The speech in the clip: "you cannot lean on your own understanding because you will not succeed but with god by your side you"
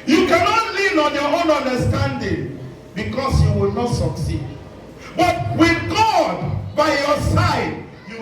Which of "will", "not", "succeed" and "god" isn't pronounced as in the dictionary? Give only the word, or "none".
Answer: none